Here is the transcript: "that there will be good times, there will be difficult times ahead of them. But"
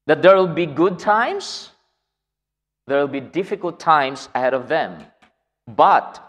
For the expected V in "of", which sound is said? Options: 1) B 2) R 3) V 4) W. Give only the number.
3